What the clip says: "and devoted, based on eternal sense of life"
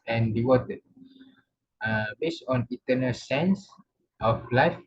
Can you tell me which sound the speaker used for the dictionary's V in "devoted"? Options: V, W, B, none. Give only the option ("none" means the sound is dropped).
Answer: W